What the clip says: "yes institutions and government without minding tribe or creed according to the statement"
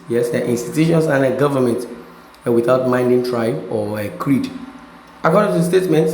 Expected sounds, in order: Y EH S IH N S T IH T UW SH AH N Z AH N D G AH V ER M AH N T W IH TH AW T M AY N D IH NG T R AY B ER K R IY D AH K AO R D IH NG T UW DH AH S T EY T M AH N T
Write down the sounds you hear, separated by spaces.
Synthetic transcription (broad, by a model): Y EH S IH N S T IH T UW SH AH N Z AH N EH G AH V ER M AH N T W IH TH AW T M AY N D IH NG T R AY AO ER K R IY D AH K AO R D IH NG T UW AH S T EY T M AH N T